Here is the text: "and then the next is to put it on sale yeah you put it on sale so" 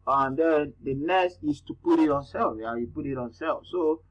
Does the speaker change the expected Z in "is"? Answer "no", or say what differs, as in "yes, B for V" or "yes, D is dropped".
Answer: yes, S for Z